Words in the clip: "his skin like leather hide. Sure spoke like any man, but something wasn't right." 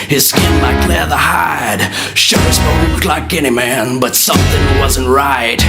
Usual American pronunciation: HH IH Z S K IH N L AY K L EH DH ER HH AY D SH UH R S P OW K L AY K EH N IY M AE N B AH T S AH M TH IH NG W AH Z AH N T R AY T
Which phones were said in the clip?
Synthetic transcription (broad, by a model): HH IH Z S K IH N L AY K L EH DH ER HH AY D SH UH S B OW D L AY K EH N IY M AE N B AH T S AH M TH IH NG W AH Z AH N T R AY T